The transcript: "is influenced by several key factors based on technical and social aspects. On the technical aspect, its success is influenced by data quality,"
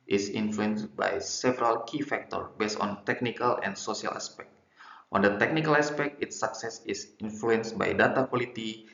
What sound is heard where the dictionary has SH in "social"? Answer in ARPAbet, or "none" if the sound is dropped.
S